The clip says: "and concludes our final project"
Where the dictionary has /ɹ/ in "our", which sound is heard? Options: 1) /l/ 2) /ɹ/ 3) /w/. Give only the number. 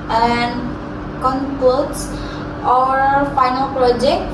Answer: 2